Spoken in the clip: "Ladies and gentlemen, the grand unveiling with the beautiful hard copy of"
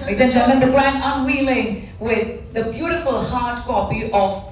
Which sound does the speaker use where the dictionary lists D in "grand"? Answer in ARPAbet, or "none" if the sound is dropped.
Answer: none